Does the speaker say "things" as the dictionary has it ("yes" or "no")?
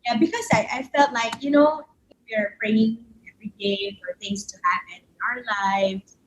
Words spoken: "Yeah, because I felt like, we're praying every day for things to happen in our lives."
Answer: yes